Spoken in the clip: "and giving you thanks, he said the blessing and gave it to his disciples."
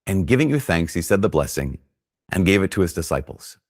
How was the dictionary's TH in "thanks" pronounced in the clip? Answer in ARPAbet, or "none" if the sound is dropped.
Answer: TH